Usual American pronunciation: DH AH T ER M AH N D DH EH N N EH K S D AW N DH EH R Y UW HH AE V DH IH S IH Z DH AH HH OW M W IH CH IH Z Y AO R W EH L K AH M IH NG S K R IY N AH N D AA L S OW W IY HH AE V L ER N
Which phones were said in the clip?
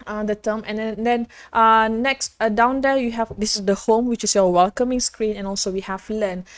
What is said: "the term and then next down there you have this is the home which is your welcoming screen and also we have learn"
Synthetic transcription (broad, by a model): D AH T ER M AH N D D EH N N EH K S D AW N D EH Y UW HH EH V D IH S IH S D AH HH OW M W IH CH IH S Y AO W EH L K AH M IH NG S K R IY N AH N AA L S OW W IY HH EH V L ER N